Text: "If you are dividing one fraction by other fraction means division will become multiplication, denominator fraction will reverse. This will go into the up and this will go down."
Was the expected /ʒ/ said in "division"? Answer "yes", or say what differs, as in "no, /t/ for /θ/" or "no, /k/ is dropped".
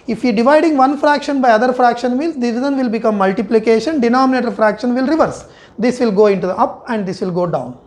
no, /z/ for /ʒ/